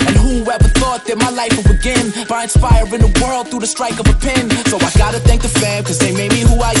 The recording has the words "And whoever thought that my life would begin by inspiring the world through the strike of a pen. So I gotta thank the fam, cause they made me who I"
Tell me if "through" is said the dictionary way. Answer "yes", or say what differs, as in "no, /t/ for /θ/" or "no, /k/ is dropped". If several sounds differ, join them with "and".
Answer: yes